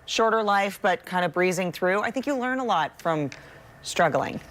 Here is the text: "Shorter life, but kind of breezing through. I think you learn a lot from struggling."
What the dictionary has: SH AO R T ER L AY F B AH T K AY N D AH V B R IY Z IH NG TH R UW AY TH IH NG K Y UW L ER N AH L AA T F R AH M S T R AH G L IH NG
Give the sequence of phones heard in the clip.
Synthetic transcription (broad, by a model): SH AO R T ER L AY F B AH T K AY N D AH B R IY Z IH NG TH R UW AY TH IH NG K Y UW L ER N AH L AA T F R AH M S T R AH G L IH NG